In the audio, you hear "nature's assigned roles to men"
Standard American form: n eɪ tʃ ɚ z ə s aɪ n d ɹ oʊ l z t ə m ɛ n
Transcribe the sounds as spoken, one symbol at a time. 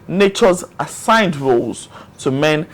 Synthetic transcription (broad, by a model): n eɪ tʃ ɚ z ə s aɪ n d ɹ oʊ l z t ə m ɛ n